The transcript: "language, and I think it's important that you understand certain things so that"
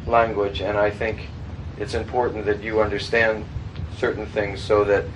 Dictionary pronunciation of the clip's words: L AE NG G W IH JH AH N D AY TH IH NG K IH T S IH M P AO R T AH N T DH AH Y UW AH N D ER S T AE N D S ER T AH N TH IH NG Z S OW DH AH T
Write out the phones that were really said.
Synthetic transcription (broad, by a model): L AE NG G W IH JH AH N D AY TH IH NG K IH T S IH M P AO R T N DH AH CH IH AH N D ER S T AE N D S ER T N TH IH NG Z S OW DH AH T